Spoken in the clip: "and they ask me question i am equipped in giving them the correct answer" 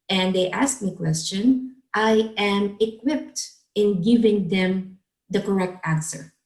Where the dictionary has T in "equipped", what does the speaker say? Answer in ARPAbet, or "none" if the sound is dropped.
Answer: T